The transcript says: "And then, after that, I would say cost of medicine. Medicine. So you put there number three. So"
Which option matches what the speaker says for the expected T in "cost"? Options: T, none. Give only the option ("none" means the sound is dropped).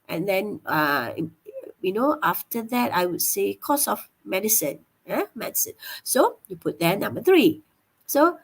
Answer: none